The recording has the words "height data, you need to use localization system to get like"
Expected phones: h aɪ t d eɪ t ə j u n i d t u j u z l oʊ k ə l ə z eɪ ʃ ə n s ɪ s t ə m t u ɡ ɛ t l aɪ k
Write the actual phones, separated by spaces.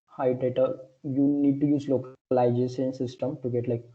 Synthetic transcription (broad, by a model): h aɪ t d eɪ t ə j u n i d t u j u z l oʊ k l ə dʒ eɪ s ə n s ɪ s t ə m t u ɡ ɛ t l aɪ k